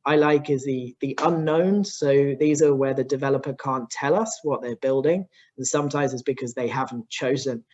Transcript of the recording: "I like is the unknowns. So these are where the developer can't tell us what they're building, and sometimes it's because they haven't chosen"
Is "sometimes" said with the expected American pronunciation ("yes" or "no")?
yes